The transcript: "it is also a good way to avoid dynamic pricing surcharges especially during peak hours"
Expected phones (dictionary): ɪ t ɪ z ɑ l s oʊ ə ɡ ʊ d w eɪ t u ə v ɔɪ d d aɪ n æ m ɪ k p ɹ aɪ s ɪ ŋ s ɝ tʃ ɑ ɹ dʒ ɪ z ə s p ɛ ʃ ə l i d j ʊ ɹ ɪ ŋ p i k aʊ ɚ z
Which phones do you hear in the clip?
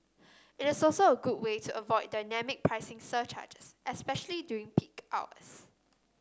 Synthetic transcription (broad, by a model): ɪ t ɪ s ɑ l s oʊ ə ɡ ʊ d w eɪ t u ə v ɔɪ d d aɪ n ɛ m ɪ k p ɹ aɪ s ɪ ŋ s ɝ tʃ ɑ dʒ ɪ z ə s p ɛ ʃ ə l i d j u ɪ ŋ p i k aʊ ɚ s